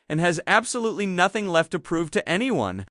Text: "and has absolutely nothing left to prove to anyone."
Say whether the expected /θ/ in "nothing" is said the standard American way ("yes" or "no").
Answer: yes